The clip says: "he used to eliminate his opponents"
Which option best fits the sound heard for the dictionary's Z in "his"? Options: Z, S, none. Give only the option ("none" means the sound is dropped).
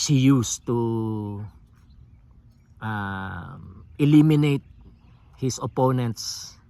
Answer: S